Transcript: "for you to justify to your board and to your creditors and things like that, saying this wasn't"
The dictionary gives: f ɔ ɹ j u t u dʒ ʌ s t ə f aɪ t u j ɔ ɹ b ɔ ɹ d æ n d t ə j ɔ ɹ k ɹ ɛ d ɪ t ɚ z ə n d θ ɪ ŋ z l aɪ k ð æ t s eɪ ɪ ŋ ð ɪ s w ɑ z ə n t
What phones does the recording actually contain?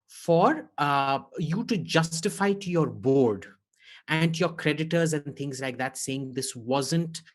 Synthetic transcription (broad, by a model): f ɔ ɹ j u t u dʒ ʌ s t ə f aɪ t u j ɔ ɹ b ɔ ɹ d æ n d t j ɔ ɹ k ɹ ɛ d ɪ t ɚ z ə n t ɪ ŋ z l aɪ k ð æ t s eɪ ɪ ŋ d ɪ s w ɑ z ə n t